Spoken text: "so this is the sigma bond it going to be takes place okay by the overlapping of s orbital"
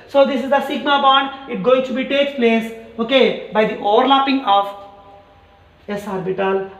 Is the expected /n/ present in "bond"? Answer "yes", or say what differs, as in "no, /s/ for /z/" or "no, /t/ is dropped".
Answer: yes